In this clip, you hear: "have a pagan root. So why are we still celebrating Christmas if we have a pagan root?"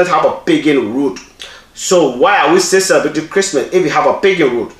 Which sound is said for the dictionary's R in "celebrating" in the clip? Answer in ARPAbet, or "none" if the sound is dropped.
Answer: none